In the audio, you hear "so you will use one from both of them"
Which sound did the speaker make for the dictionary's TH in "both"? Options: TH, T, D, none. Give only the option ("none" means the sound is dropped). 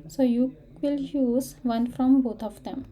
T